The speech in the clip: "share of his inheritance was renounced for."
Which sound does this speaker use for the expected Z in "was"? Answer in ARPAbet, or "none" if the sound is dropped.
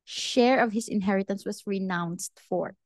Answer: S